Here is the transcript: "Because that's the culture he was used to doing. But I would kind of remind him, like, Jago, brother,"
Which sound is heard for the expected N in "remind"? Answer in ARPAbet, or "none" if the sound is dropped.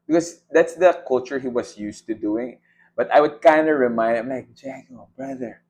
none